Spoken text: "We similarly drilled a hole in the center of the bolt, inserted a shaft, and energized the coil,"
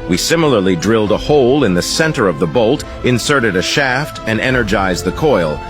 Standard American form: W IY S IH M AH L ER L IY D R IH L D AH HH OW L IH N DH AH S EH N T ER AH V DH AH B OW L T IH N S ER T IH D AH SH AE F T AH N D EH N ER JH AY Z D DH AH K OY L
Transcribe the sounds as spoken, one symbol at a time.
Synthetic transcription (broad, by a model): W IY S IH M L ER L IY D R IH L D AH HH OW L IH N DH AH S EH N T ER AH V DH AH B OW L T IH N S ER T IH D AH SH AE F T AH N EH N ER JH AY Z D DH AH K OY L